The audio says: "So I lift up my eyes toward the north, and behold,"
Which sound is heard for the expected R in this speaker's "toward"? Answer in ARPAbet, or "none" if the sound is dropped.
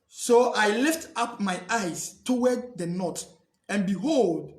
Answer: W